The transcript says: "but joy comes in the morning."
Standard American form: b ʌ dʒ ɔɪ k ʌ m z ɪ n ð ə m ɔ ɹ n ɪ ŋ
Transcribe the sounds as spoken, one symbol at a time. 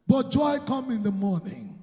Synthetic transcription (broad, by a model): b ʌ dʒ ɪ k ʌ m ɪ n ð ə m ɔ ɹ n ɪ ŋ